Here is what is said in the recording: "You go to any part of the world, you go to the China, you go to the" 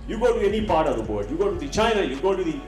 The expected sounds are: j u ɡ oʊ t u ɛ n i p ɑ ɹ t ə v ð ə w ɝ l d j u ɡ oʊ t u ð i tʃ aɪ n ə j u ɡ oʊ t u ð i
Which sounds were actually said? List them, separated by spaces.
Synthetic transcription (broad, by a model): j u ɡ oʊ t u ɛ n i p ɑ ɹ t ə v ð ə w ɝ d j u ɡ oʊ t u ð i tʃ aɪ n ə j u ɡ oʊ t u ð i